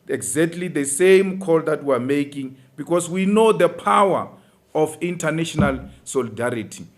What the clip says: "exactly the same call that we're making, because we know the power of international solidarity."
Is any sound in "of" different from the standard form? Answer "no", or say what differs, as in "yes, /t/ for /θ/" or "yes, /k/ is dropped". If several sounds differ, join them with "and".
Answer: yes, /f/ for /v/